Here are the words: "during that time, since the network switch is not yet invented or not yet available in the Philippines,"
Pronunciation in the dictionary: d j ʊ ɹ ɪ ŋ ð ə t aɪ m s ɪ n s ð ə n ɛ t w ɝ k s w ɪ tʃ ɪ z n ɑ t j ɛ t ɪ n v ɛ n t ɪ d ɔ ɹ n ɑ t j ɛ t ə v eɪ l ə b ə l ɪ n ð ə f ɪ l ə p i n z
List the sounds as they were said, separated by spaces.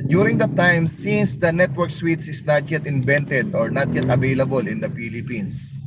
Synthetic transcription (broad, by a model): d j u ɹ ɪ ŋ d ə t aɪ m s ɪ n s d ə n ɛ t w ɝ k s w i s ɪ s n ɑ t j ɛ t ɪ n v ɛ n t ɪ d ɔ ɹ n ɑ t j ɛ t ə v eɪ l ə b ə l ɪ n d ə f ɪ l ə p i n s